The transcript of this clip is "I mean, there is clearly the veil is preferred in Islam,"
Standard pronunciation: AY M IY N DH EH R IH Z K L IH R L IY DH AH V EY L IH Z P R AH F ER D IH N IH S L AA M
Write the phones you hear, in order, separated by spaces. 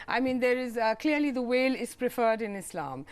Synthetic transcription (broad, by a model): AY M IY N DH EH R IH Z K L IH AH L IY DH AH W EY L IH Z P R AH F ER D IH N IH S L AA M